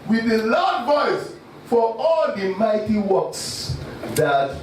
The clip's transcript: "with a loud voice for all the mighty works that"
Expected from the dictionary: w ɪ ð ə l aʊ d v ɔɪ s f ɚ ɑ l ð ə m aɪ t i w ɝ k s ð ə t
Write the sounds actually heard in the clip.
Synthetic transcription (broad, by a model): w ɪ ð ə l aʊ d v ɔɪ s f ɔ ɑ l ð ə m aɪ t i w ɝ k s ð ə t